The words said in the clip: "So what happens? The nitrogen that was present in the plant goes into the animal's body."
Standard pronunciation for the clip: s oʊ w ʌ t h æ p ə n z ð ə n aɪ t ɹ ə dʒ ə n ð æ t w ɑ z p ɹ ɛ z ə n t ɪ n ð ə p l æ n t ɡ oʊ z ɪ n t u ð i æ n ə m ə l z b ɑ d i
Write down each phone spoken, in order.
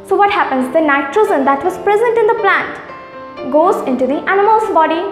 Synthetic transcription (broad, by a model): s oʊ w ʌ t h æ p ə n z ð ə n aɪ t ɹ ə z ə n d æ t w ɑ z p ɹ ɛ z ə n t ɪ n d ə p l æ n t ɡ oʊ z ɪ n t u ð i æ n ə m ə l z b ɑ d i